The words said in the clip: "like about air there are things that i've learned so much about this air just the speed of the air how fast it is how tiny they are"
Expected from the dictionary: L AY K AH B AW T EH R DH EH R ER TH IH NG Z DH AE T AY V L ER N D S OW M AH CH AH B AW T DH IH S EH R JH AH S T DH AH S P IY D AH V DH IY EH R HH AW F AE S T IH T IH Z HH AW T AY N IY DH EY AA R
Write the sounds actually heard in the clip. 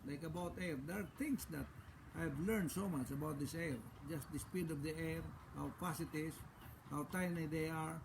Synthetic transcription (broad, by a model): L AY K AH B AW T EH R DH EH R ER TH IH NG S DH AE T AY V L ER N D S OW M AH CH AH B AW T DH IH S EH R JH AH S T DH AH S P IY D AH V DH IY EH R HH AW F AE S IH T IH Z HH AW T AY N IY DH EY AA R